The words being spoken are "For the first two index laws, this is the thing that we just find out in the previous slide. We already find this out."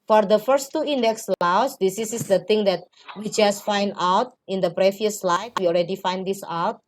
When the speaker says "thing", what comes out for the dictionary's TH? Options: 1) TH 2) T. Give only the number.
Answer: 2